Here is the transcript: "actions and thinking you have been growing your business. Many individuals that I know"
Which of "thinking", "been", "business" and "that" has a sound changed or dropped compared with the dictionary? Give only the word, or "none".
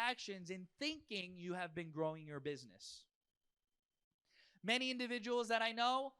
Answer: none